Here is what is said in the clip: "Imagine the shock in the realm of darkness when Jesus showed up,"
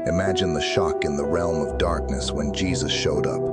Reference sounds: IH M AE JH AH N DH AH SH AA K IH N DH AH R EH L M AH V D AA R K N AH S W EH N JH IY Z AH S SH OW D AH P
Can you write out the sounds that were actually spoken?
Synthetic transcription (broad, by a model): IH M AE JH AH N DH AH SH AA K IH N DH AH R EH L M AH V D AA R K N AH S W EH N JH IY Z AH S SH OW D AH P